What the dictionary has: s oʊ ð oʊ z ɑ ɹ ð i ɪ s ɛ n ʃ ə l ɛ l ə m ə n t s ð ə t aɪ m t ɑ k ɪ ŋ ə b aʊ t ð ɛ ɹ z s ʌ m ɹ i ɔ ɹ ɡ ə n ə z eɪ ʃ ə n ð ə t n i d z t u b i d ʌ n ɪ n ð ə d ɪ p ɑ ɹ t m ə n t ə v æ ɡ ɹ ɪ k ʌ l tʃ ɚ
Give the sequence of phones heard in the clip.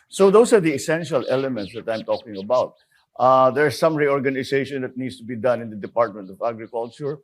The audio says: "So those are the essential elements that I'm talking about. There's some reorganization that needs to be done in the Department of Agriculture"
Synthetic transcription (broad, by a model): s oʊ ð oʊ s ɑ ɹ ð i ɪ s ɛ n ʃ ə l ɛ l ə m ə n t s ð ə t aɪ m t ɑ k ɪ ŋ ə b aʊ t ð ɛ ɹ s ʌ m ɹ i ɔ ɹ ɡ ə n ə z eɪ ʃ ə n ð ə t n i d s t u b i d ʌ n ɪ n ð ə d ɪ p ɑ ɹ t m ə n t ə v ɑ ɡ ɹ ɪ k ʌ l tʃ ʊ